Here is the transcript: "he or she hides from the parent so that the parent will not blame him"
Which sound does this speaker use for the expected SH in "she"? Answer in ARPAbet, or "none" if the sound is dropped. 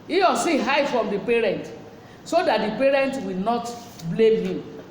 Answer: S